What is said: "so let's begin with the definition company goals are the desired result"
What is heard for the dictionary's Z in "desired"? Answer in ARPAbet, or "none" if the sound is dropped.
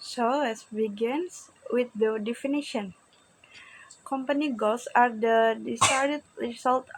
S